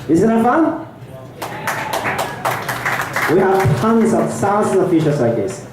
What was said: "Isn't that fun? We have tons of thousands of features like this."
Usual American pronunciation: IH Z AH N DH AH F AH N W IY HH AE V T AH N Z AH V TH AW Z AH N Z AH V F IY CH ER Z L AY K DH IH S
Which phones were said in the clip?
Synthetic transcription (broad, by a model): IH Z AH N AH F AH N W IY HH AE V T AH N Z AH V S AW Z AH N AH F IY SH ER S L AY K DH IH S